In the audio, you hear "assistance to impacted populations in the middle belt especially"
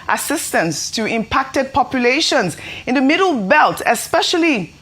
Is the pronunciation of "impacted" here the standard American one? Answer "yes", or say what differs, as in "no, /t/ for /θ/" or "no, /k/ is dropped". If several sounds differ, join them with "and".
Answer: yes